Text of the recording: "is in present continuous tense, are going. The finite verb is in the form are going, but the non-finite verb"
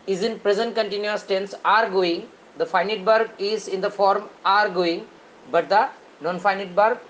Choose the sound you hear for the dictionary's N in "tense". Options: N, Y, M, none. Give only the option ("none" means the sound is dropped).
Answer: N